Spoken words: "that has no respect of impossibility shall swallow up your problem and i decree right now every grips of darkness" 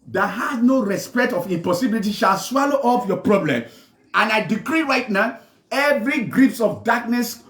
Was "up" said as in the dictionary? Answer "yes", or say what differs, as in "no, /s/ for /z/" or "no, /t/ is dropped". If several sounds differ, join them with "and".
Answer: no, /f/ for /p/